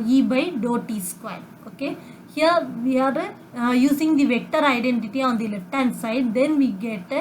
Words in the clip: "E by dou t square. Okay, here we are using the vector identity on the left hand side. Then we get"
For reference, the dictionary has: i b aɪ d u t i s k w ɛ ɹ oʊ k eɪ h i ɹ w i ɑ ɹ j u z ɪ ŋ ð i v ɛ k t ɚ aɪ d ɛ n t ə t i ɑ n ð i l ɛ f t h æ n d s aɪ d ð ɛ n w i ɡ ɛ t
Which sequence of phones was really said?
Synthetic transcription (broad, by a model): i b aɪ d u t i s k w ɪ l oʊ k eɪ h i ɹ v i ɑ ɹ j u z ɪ ŋ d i v ɛ k t ɚ aɪ d ɛ n t ə t i ɑ n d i l ɛ f t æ n s aɪ d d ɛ n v i ɡ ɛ t